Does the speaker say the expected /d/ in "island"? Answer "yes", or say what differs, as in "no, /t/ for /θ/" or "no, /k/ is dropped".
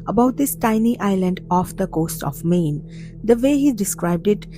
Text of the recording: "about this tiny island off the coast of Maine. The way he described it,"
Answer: yes